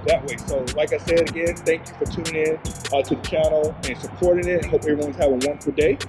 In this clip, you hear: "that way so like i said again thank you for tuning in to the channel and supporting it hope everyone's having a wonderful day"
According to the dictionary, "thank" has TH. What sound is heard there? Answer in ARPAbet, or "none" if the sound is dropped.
TH